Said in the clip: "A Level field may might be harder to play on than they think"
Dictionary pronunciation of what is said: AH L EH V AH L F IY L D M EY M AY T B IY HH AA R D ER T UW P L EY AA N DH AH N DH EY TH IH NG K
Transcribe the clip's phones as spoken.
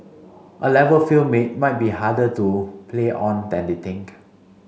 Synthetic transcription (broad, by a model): AH L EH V AH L F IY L M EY M AY T B IY HH AA D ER T UW P L EY AA N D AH N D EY T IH NG K